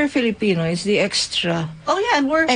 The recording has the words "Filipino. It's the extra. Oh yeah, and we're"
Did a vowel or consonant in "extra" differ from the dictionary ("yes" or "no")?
no